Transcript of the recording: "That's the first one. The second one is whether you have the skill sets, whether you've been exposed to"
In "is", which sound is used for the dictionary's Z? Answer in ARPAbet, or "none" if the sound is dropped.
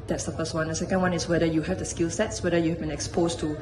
S